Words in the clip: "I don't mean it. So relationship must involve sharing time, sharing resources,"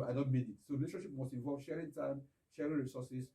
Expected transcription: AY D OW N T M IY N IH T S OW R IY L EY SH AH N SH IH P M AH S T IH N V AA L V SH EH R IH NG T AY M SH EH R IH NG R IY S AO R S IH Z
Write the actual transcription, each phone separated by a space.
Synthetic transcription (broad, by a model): AY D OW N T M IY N IH T S OW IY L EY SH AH SH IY P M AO S T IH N V AA L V SH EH R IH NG T AY M SH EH R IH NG R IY S AO S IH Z